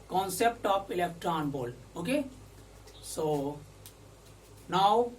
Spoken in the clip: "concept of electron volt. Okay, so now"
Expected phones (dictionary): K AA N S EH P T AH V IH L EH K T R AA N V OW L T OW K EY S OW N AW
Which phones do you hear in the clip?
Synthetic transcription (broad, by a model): K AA N S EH P T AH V IH L EH K T R AA N B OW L OW K EY S OW N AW